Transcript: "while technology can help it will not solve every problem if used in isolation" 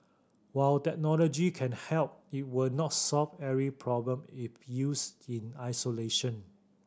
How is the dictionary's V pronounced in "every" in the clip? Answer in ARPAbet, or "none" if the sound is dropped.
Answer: none